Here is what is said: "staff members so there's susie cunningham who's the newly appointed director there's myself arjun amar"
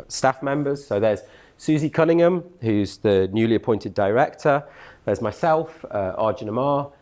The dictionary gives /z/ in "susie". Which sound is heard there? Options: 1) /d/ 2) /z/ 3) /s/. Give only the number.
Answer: 2